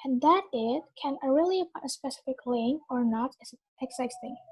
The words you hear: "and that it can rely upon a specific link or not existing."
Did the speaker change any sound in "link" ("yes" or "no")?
yes